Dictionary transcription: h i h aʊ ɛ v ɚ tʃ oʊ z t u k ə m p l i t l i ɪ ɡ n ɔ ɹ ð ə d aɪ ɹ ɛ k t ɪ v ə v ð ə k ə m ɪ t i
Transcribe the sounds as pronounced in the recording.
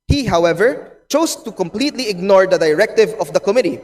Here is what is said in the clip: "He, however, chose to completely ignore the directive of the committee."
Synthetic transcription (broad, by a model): h i h aʊ ɛ v ɚ tʃ oʊ s t u k ə m p l i t l i ɪ ɡ n ɔ ɹ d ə d aɪ ɹ ɛ k t ɪ v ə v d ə k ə m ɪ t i